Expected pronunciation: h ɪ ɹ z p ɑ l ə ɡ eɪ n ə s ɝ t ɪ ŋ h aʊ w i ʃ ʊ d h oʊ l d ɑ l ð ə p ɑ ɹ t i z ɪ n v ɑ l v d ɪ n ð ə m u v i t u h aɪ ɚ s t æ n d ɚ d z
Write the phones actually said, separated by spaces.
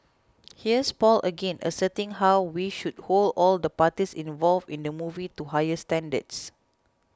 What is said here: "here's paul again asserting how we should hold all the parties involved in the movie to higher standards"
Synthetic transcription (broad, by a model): h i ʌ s p ɑ l ə ɡ eɪ n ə s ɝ t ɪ ŋ h aʊ w i ʃ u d h oʊ l d ɑ l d ə p ɑ t i s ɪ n v ɑ l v ɪ n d ə m u v i t u h aɪ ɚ s t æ n d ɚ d s